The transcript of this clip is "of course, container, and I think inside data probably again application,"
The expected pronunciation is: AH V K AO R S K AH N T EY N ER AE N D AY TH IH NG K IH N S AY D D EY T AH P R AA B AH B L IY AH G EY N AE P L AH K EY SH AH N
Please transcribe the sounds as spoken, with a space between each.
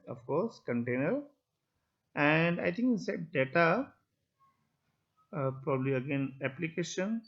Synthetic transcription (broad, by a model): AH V K AO R S K AH N T EY N ER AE N D AY T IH NG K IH S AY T D EY T AH P R AA B AH B L IY AH G EY N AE P L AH K EY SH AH N